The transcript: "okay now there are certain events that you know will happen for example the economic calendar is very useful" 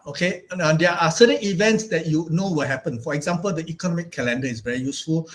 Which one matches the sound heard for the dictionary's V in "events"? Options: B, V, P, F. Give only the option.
V